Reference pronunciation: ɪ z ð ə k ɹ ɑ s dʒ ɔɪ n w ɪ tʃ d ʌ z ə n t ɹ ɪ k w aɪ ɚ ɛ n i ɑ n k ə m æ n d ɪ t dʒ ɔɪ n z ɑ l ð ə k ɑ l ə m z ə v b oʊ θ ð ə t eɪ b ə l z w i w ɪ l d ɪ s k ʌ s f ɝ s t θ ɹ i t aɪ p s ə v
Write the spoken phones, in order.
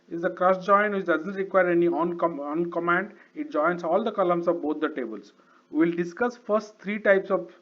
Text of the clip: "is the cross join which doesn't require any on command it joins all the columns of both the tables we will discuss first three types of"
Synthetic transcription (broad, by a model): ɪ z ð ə k ɹ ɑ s dʒ ɔɪ n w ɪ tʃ d ʌ z ə n t ɹ ɪ k w aɪ ɚ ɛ n i ɑ n k ə m æ n d ɪ t dʒ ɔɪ n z ɑ l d ə k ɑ l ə m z ə v b oʊ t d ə t eɪ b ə l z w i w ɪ l d ɪ s k ʌ s f ɝ s t t ɹ i t aɪ p s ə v